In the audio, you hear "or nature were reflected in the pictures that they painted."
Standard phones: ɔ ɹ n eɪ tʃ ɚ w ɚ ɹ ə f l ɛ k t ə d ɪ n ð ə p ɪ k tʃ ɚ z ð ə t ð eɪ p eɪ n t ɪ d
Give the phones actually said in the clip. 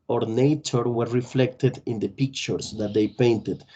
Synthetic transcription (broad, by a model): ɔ ɹ n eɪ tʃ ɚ w ɚ ɹ ə f l ɛ k t ə d ɪ n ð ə p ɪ k tʃ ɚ s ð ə t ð eɪ p eɪ n t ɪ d